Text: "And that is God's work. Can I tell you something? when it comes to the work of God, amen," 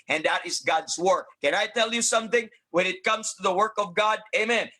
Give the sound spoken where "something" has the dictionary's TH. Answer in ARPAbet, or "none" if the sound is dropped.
TH